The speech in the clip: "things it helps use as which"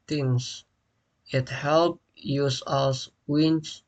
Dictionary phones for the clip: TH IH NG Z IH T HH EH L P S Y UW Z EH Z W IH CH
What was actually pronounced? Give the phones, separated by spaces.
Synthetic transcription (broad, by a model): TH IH NG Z IH T HH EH L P Y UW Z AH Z W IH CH